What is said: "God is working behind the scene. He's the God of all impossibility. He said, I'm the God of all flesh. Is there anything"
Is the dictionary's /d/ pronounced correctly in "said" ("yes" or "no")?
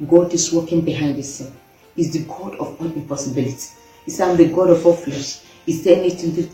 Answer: no